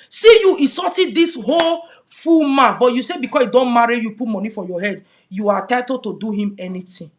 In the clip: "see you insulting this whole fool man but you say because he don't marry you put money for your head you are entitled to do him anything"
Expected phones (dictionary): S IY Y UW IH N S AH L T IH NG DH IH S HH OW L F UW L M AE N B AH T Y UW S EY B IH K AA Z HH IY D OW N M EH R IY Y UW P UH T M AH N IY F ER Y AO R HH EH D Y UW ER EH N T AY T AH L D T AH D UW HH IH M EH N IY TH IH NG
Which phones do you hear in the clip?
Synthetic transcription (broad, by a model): S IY Y UW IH S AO T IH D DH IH S HH OW L F UW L M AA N B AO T Y UW S EY B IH K AA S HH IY D OW N M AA R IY Y UW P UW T M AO N IY F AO Y AO HH EH D Y UW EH T AY T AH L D T AH D UW HH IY M EH N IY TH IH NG